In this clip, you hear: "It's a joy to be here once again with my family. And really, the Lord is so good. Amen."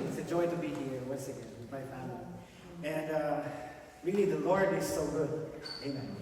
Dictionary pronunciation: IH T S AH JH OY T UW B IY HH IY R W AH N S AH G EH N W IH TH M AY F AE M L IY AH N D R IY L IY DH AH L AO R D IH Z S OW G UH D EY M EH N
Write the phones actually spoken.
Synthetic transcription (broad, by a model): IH T S AH JH OY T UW B IY HH IY R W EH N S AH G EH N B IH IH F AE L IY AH N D R IY L IY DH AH L AO R D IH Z S OW G UH D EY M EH N